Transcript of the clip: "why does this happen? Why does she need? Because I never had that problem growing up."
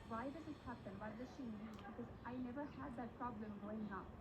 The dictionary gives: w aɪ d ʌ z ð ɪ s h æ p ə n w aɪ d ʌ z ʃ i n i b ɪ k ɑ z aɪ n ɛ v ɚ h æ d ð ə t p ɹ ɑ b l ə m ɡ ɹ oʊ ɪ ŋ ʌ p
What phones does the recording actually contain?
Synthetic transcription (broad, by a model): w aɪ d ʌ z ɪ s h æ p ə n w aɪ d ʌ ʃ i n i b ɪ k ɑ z aɪ n ɛ v ɚ h æ d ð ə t p ɹ ɑ b l ə m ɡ oʊ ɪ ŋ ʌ